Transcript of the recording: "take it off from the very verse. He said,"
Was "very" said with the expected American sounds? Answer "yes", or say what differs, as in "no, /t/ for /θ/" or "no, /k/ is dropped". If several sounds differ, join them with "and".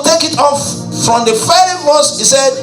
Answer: no, /f/ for /v/